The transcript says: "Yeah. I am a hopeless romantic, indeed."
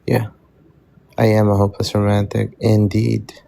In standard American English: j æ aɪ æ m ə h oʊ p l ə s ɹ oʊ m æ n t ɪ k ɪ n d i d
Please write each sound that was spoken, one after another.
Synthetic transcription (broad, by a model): j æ aɪ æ m ə h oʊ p ə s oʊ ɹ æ n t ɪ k ɪ n d i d